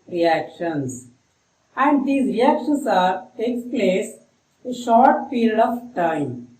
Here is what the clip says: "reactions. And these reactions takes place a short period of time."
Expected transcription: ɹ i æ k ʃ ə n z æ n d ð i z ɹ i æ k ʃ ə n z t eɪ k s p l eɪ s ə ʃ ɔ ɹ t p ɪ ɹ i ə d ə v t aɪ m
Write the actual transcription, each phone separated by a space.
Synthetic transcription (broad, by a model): ɹ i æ k ʃ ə n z æ n d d i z ɹ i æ k ʃ ə n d t eɪ k s p l eɪ s ə ʃ ɔ ɹ t f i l d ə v t aɪ m